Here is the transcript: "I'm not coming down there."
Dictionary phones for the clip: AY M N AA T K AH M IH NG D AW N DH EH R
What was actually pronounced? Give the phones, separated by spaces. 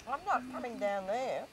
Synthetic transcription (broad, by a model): AY M N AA T K AH M IH NG D AW N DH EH R